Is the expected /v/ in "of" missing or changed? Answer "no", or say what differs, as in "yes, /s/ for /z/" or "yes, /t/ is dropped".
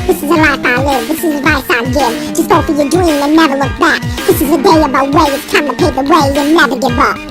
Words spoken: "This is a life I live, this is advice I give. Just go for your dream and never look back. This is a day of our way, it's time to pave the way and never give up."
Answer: yes, /b/ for /v/